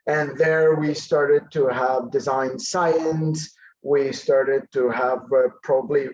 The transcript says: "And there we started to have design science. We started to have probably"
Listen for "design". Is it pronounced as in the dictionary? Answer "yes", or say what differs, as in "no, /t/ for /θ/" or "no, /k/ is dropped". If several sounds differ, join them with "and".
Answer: yes